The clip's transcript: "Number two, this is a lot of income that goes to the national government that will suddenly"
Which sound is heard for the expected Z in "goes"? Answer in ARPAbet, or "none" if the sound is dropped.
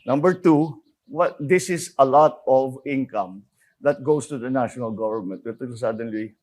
S